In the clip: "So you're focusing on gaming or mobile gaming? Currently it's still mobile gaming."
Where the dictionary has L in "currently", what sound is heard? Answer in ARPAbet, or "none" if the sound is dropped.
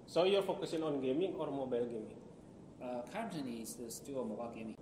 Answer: none